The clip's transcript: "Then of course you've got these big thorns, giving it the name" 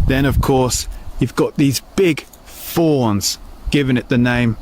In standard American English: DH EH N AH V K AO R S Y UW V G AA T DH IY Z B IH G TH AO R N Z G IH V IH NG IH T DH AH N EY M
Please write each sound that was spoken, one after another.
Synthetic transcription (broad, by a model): DH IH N AH V K AO R S Y UW V G AA T DH IY Z B IH G F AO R N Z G IH V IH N IH T DH AH N EY M